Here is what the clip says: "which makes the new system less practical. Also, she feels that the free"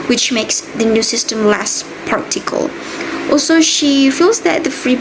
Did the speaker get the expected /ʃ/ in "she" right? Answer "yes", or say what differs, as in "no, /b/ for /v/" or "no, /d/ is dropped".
yes